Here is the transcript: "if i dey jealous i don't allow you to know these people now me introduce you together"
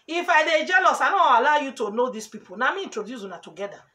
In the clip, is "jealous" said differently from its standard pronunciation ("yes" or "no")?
no